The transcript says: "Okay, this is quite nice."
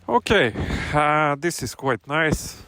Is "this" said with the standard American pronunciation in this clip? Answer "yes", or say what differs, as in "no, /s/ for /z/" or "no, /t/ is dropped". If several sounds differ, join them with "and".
yes